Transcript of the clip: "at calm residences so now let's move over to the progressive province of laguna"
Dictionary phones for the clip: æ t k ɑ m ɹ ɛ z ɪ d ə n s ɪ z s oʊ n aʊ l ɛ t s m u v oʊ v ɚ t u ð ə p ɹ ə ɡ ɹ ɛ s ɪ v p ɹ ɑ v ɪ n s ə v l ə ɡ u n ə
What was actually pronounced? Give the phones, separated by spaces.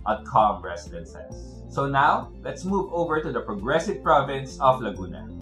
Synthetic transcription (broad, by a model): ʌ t k ɑ m ɹ ɛ s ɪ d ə n s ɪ s oʊ n aʊ l ɛ t s m u v oʊ v ɚ t u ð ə p ɹ ə ɡ ɹ ɛ s ɪ v p ɹ ɑ v ɪ n s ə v l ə ɡ u n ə